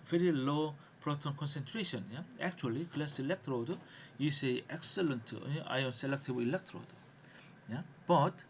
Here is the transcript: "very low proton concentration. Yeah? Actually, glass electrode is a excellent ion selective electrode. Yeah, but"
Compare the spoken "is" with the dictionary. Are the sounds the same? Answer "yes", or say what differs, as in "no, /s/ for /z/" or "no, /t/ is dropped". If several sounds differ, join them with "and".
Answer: no, /s/ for /z/